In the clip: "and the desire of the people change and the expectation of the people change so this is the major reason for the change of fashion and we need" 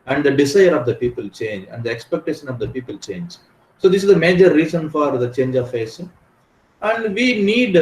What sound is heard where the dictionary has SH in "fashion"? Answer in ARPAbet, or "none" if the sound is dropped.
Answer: S